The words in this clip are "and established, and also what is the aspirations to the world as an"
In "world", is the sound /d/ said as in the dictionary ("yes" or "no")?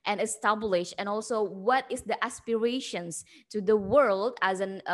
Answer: yes